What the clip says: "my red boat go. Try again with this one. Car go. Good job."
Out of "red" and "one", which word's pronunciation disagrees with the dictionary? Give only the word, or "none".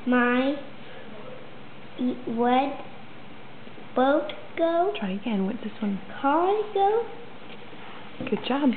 red